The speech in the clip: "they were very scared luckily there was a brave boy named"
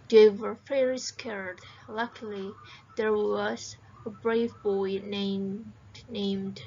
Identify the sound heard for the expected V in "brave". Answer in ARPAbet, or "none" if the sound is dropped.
V